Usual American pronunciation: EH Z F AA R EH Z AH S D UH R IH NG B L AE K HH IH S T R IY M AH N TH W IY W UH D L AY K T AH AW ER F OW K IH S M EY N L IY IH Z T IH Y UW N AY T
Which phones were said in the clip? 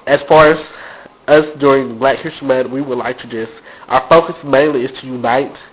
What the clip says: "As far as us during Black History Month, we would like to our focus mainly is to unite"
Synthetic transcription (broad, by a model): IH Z F AA R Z AH S D UH R IH NG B L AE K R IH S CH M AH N W IY W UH D L AY K T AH AW ER F OW K IH S M EY N L IY IH Z T IH Y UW N AY T